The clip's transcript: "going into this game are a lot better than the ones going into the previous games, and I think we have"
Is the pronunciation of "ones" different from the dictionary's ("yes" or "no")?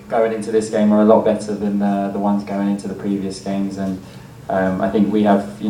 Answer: no